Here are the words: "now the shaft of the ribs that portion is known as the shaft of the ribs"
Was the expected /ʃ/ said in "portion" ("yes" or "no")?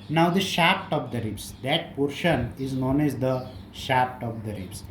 yes